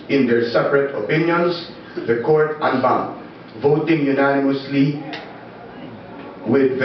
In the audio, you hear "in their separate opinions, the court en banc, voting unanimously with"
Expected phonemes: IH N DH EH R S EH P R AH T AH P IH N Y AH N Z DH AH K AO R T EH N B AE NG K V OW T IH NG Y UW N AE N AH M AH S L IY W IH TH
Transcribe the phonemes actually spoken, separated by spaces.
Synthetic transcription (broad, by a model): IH N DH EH R S EH P R AH T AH P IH N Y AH N S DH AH K AO R T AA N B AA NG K V OW T IH NG Y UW N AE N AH M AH S L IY W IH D